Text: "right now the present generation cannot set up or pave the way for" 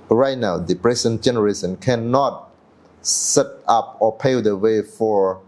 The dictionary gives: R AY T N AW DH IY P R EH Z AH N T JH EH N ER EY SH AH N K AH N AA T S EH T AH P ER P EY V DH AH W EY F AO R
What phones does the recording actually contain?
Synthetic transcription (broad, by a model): R AY T N AW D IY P R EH S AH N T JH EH N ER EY S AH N K AH N AA T S EH T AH P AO P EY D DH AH W EY F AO R